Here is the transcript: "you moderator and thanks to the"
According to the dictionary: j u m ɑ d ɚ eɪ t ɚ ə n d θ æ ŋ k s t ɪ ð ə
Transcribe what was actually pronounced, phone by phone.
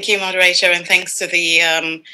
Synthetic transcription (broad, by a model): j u m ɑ d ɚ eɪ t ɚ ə n θ æ ŋ k s t ɪ ð ə